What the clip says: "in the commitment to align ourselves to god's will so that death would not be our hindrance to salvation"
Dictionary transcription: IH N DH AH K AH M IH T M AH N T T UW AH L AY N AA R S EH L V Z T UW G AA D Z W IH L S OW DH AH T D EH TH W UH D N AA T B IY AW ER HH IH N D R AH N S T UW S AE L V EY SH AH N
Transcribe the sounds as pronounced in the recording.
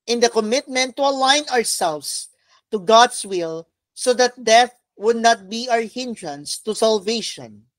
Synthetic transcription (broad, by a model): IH N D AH K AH M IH T M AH N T T UW AH L AY N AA R S EH L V S T UW G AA D S W IH L S OW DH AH T D EH TH W UH D N AA T B IY AW ER HH IH N D R AH N S T UW S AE L V EY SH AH N